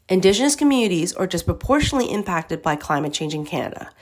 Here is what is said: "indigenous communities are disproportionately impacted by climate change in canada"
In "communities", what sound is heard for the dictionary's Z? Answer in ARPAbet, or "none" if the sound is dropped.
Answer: Z